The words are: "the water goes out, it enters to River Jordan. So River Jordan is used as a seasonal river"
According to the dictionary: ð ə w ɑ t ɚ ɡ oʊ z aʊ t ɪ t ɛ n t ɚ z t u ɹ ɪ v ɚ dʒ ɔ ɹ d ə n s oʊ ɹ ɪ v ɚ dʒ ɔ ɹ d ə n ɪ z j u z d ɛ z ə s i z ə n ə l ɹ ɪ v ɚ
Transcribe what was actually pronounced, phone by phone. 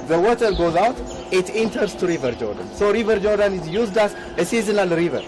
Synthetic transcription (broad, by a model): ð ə w ɑ t ɚ ɡ oʊ z aʊ t ɪ t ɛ n t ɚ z t u ɹ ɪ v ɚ dʒ ɔ ɹ d ə n s oʊ ɹ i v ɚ dʒ ɔ ɹ d ə n ɪ z j u z d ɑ s ə s i z ə n ə l ɹ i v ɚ